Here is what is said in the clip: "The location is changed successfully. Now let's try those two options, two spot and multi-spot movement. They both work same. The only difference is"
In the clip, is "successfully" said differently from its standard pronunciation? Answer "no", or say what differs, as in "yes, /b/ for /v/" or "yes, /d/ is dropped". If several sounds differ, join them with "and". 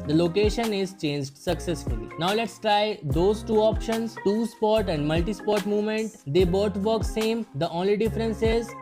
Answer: no